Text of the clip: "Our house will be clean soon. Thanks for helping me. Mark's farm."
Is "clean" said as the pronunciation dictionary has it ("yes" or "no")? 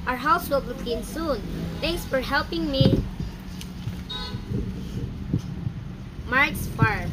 no